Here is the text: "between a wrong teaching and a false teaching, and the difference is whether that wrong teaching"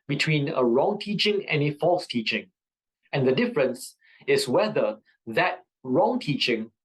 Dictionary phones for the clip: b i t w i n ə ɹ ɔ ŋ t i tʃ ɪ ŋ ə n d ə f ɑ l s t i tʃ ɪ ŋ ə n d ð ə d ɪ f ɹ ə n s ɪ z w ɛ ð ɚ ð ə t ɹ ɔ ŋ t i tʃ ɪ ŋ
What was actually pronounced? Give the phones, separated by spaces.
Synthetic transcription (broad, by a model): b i t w i n ə ɹ ɔ ŋ t i tʃ ɪ ŋ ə n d ə f ɑ l s t i tʃ ɪ ŋ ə n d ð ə d ɪ f ɹ ə n s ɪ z w ɛ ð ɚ ð ə t ɹ ɔ ŋ t i tʃ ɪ ŋ